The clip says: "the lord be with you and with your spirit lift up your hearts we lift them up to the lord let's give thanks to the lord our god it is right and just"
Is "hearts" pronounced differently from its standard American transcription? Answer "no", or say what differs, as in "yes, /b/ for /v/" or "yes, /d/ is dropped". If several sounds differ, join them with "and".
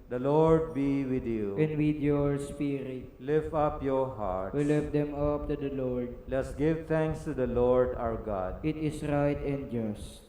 yes, /s/ is dropped